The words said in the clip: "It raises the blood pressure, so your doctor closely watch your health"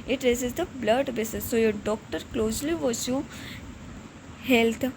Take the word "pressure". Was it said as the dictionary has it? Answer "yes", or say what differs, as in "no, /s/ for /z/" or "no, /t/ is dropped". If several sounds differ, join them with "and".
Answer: no, /s/ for /ʃ/